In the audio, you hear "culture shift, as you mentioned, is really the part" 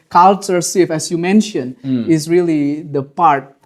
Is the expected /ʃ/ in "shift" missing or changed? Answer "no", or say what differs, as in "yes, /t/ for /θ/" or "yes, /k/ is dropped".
yes, /s/ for /ʃ/